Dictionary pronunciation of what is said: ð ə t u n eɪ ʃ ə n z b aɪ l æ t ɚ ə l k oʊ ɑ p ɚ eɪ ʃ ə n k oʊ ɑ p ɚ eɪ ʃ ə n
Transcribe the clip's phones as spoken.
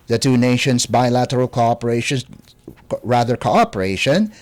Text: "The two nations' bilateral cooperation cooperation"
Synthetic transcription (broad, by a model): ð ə t u n eɪ ʃ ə n s b aɪ l æ t ɚ ə l k oʊ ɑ p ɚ eɪ ʃ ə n k oʊ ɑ p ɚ eɪ ʃ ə n